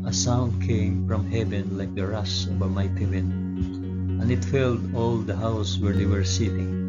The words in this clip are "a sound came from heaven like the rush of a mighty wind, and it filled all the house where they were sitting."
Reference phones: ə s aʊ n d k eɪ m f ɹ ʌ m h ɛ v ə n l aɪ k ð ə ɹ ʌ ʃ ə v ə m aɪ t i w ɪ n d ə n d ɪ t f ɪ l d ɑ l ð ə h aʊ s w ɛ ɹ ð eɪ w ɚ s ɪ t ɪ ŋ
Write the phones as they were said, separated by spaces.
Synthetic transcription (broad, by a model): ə s aʊ n d k eɪ m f ɹ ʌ m h ɛ v ə n l aɪ k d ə ɹ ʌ s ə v ə m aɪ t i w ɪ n ə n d ɪ t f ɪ l d ɑ l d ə h aʊ s w ɛ ɹ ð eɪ w ɚ s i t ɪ ŋ